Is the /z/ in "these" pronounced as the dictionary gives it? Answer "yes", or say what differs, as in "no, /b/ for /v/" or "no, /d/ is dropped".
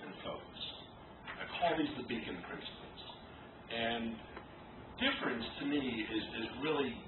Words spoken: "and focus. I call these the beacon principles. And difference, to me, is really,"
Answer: yes